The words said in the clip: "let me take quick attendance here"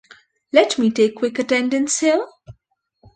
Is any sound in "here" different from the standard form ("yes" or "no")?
yes